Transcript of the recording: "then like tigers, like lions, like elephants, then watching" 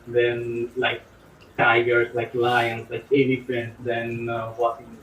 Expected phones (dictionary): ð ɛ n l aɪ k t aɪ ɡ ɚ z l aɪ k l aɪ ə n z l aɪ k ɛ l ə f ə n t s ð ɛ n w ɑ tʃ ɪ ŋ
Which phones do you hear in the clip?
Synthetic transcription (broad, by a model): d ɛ n l aɪ k t aɪ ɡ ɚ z l aɪ k l aɪ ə n s l aɪ k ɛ n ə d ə n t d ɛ n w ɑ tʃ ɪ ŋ